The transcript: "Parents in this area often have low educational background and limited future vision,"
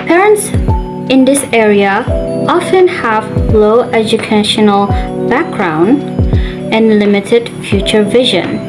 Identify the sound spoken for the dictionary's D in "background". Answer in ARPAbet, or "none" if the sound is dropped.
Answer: D